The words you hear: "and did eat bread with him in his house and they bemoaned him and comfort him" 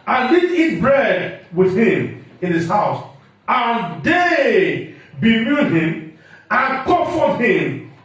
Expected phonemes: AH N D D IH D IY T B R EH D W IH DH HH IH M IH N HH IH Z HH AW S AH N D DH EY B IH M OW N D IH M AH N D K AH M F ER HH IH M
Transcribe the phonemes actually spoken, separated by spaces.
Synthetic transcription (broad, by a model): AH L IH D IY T B R EH D W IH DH HH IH M IH N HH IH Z HH AW S AH N D EY B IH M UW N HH IH M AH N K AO F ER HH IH M